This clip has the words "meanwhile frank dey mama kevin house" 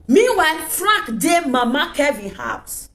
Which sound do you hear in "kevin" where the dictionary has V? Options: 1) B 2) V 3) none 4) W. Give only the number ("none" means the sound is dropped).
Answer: 2